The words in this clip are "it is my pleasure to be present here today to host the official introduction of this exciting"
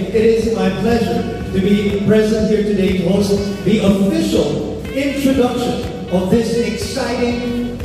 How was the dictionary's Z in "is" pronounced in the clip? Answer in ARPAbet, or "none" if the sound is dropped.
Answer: Z